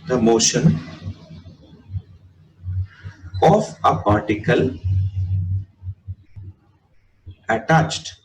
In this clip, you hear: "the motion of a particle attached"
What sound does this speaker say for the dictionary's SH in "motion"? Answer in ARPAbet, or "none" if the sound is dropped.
SH